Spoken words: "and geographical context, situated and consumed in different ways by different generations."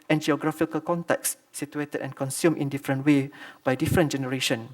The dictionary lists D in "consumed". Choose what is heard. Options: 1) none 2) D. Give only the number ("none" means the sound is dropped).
1